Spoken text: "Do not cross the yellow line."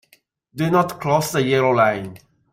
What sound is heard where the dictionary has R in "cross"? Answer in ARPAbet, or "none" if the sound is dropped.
L